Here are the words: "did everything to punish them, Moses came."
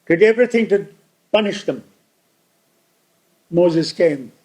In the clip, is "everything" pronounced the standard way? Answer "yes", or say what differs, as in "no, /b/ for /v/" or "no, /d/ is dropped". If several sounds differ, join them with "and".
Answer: yes